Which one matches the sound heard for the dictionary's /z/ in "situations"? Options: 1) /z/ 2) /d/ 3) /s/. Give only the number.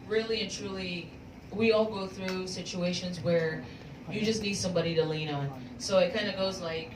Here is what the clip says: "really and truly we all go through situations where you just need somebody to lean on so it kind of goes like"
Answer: 1